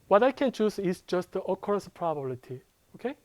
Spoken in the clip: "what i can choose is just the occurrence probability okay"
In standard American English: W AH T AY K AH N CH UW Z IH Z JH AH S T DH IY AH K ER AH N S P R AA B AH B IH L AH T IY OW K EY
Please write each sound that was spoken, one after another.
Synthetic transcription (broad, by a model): W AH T AY K AH N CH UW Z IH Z JH AH S T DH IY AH K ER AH S P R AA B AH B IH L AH T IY OW K EY